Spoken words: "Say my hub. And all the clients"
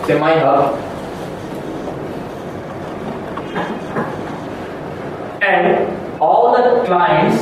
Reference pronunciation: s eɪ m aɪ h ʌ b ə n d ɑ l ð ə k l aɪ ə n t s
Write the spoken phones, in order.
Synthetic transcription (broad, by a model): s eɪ m aɪ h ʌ ə n d ɑ l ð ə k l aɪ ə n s